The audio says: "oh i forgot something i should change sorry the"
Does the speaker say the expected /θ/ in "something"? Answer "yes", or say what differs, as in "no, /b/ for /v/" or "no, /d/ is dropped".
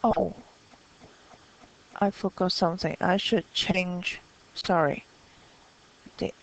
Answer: yes